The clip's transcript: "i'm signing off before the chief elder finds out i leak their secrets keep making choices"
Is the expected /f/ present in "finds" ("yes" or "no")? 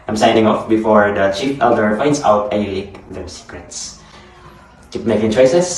no